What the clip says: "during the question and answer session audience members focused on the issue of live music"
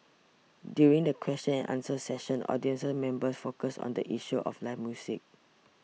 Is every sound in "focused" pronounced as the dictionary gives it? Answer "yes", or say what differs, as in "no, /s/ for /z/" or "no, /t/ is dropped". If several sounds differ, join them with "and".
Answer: no, /t/ is dropped